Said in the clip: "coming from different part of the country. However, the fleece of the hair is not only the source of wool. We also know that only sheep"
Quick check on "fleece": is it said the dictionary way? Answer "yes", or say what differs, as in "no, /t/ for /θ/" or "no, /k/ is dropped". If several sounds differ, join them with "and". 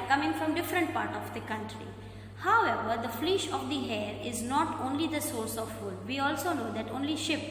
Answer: no, /ʃ/ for /s/